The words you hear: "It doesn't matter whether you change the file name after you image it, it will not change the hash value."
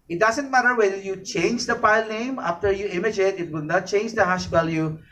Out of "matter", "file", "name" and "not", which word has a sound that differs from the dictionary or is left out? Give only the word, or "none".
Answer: file